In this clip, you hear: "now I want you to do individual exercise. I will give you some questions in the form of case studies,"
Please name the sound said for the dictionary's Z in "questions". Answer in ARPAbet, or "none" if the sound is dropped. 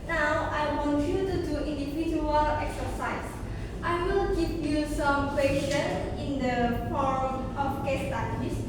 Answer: none